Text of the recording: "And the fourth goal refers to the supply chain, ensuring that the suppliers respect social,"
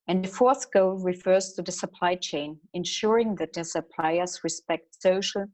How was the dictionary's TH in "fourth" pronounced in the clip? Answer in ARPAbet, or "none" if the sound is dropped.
TH